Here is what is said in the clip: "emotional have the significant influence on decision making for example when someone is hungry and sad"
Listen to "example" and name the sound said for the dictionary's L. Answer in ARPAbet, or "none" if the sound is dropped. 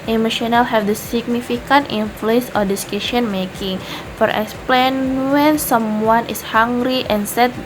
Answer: N